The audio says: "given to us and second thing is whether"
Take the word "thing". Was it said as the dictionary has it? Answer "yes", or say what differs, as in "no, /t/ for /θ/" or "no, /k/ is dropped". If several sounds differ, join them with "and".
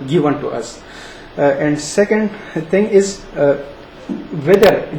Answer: no, /t/ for /θ/